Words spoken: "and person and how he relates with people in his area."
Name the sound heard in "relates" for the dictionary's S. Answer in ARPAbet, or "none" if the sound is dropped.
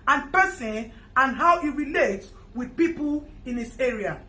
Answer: none